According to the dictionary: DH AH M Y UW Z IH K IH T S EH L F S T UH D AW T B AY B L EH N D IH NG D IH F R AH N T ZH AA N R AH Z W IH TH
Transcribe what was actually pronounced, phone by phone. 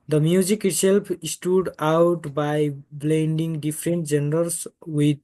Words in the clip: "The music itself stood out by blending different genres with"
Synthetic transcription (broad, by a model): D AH M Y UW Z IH K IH T S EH L P S T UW D AW T B AY B L EH N D IH NG D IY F R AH N T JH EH N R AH S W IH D